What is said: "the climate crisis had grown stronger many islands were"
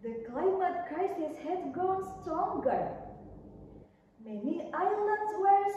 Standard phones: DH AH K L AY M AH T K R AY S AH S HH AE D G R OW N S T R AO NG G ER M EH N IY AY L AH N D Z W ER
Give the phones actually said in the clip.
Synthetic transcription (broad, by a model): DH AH K L AY M AH T K R AY S AH S HH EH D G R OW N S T AO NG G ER M EH N IY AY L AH N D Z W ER